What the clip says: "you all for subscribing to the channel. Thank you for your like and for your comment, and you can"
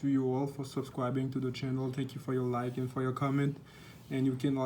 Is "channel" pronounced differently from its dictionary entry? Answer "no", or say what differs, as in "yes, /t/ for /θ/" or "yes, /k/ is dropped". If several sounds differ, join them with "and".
no